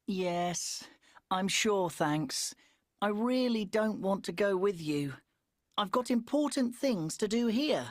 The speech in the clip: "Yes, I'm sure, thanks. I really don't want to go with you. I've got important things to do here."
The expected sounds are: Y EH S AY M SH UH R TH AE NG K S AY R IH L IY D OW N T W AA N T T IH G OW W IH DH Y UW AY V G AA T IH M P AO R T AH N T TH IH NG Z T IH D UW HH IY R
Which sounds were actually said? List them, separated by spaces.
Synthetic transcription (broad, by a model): Y EH S AY M SH UH R TH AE NG K S AY R IH L IY D OW N T W AA N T T IH G OW W IH DH Y UW AY V G AA T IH M P AO R T N TH IH NG Z T IH D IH HH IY R